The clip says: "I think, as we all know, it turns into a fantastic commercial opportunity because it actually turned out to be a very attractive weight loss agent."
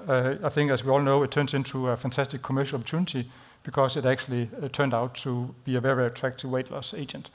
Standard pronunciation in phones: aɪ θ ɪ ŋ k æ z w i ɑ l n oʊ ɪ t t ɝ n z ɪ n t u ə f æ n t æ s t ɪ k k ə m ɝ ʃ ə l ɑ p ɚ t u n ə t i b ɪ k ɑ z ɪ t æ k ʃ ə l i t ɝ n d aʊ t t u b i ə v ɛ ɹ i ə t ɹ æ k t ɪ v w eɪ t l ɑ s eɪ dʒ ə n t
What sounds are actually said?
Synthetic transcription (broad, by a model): aɪ θ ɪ ŋ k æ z w i ɑ l n oʊ ɪ t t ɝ n s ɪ n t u ə f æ n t æ s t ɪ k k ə m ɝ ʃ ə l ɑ p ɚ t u n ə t i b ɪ k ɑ s ɪ t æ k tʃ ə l i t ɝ n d aʊ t t u b i ə v ɛ ɹ i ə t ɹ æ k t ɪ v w eɪ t l ɑ s eɪ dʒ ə n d